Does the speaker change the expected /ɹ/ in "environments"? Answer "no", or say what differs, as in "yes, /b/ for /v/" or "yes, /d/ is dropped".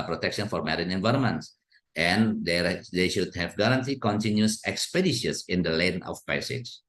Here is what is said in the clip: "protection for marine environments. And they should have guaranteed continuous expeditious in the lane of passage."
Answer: no